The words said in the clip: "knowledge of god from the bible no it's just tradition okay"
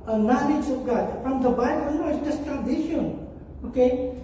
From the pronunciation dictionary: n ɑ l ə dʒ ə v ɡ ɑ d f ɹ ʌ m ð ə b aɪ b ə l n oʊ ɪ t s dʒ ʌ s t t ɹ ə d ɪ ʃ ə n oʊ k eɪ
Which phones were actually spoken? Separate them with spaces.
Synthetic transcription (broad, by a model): n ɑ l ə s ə p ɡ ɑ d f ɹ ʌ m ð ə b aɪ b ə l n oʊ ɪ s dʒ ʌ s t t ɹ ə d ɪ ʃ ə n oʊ k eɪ